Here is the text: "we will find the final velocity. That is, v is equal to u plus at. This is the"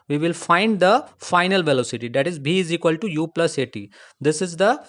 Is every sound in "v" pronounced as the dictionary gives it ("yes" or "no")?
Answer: no